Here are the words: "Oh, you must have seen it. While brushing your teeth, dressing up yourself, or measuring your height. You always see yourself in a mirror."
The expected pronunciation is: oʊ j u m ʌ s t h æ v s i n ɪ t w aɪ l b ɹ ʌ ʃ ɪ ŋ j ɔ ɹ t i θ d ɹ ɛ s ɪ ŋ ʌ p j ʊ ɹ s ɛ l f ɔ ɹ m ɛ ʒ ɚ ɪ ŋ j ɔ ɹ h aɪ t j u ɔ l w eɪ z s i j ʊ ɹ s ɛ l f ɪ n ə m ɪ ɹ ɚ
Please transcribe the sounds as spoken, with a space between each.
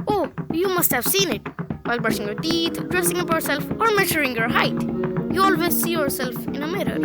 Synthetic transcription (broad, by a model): oʊ j u m ʌ s t h æ v s i n ɪ t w aɪ l b ʌ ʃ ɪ ŋ j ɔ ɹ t i t d ɹ ɛ s ɪ ŋ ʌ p j ʊ ɹ s ɛ l f ɔ ɹ m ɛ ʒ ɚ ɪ ŋ j ɔ ɹ h aɪ t j u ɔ l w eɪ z s i j ʊ ɹ s ɛ l f ɪ n ə m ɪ ɹ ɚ